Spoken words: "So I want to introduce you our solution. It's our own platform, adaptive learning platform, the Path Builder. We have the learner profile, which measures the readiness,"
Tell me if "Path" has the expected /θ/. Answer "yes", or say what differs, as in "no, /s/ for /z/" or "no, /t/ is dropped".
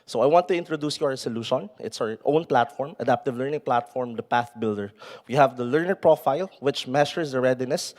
yes